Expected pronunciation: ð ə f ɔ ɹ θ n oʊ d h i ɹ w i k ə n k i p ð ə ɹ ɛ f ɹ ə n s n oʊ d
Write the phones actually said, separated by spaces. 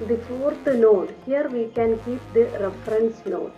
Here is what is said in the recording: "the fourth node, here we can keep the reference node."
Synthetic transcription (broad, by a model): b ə f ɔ ɹ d n oʊ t h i ɹ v i k ə n k i p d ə ɹ ɛ f ɹ ə n s n oʊ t